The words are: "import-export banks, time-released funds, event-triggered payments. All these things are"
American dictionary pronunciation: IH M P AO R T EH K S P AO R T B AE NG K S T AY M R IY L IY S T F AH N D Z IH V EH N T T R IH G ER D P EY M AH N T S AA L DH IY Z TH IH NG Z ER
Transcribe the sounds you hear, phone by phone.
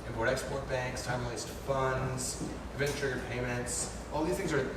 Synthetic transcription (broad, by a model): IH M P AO R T EH K S P AO R T B AE NG K S T AY M L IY IH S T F AH N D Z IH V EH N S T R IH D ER P EY M AH N T S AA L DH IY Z TH IH NG Z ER